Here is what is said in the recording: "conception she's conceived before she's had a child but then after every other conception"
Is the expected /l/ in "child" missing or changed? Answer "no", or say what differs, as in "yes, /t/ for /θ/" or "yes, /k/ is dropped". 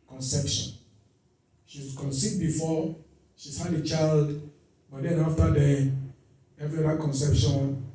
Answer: no